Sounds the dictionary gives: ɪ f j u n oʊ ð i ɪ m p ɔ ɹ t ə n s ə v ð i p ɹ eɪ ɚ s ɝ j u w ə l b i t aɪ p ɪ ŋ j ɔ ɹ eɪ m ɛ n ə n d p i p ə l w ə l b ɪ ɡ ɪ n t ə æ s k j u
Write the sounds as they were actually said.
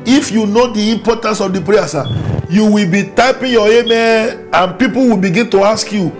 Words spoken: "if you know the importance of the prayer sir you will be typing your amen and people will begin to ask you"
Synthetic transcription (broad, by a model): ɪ f j u n oʊ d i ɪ m p ɔ t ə n s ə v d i p ɹ eɪ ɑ s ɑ j u w ə l b i t aɪ p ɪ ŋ j ɔ eɪ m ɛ ə n p i p ə l w ə l b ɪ ɡ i n t ə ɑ s k j u